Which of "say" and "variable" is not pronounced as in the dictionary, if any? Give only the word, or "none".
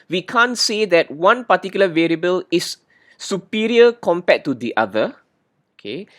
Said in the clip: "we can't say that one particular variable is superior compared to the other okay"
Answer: none